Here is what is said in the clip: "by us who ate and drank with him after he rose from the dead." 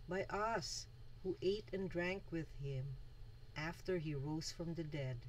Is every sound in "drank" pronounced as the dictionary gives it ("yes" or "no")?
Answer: yes